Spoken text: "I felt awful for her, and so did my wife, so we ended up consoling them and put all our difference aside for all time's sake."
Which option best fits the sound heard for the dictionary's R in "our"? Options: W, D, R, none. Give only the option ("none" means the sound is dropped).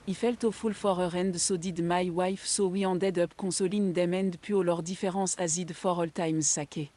R